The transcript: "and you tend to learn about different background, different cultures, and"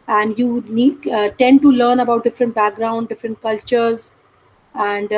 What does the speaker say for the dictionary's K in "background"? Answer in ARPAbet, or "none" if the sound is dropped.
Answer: K